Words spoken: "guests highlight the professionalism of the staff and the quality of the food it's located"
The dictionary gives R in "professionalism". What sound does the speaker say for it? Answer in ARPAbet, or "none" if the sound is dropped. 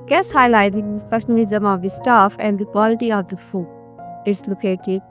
none